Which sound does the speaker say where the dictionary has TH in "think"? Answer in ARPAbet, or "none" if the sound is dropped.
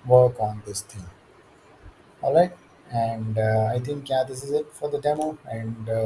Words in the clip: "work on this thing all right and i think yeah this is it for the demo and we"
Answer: T